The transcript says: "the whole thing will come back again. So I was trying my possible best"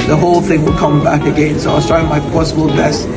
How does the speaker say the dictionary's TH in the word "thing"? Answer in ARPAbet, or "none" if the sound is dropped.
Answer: TH